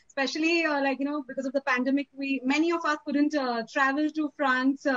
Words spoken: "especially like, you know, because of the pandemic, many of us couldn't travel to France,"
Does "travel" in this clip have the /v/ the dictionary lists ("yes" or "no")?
yes